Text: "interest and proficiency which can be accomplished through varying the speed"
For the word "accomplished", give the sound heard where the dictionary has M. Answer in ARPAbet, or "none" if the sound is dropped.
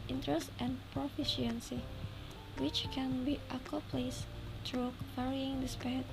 none